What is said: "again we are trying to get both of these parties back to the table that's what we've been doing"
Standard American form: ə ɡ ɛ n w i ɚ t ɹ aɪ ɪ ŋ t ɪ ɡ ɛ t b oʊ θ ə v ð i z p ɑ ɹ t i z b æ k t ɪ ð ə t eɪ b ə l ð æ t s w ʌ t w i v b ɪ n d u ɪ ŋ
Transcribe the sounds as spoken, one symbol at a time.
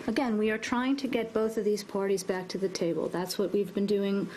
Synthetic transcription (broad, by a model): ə ɡ ɛ n w i ɚ t ɹ aɪ ɪ ŋ t ɪ ɡ ɛ t b oʊ θ ə v ð i z p ɑ ɹ t i z b æ k t ɪ ð ə t eɪ b ə l ð æ t s w ʌ t w i v b ɪ n d u ɪ ŋ